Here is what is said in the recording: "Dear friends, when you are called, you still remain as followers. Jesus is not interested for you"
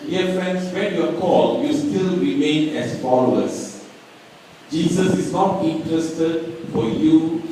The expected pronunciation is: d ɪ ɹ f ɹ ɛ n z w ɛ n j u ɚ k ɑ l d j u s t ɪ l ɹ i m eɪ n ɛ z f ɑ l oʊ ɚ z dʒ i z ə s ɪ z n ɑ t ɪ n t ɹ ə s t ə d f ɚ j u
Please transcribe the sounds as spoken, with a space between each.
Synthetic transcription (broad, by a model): d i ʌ f ɹ ɛ n s w ɛ n j u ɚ k ɑ l j u s t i l ɹ i m eɪ n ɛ s f ɑ l oʊ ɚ s dʒ i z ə s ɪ s n ɑ t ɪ n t ɹ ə s t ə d f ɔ j u